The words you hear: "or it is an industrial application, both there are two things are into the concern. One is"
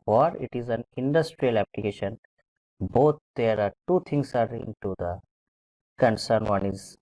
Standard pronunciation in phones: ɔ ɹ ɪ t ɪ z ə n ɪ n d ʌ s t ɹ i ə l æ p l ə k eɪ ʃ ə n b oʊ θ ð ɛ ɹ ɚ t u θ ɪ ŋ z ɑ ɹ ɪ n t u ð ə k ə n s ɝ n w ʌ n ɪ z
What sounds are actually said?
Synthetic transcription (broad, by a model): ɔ ɹ ɪ t ɪ z ə n ɪ n d ʌ s t ɹ i ə l æ p l ə k eɪ ʃ ə n b oʊ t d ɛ ɹ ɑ t u t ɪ ŋ s ɑ ɹ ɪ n t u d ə k ə n s ɝ n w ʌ n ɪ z